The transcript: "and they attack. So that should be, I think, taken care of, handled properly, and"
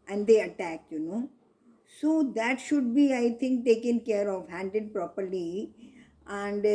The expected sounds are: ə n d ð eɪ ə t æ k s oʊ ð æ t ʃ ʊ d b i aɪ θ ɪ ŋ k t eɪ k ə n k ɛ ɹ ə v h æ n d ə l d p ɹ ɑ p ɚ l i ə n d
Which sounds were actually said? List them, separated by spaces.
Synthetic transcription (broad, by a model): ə n d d eɪ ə t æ k s oʊ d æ t ʃ ʊ d b i aɪ t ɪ ŋ k t eɪ k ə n k ɛ ɹ ə v h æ n d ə d p ɹ ɑ p ɚ l i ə n d